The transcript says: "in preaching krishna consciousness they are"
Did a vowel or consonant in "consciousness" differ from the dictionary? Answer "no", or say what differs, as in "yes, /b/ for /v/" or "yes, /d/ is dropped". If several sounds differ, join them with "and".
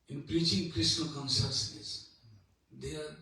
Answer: yes, /s/ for /ʃ/